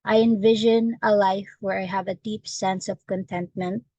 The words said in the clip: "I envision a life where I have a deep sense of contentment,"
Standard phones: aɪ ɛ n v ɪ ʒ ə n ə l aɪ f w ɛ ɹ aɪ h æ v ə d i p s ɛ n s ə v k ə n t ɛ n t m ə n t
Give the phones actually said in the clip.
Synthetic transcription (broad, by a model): aɪ ɛ n v ɪ ʒ ə n ə l aɪ f w ɛ ɹ aɪ h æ v ə d i p s ɛ n s ə v k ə n t ɛ n t m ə n t